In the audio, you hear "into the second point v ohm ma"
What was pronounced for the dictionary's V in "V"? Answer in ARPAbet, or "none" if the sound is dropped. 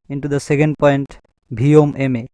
B